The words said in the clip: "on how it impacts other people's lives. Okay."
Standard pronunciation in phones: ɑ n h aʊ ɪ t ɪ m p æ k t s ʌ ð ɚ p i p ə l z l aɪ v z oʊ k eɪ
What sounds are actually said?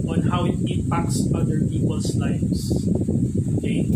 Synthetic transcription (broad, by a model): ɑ n h aʊ ɪ t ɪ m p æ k t s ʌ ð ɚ p i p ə l s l aɪ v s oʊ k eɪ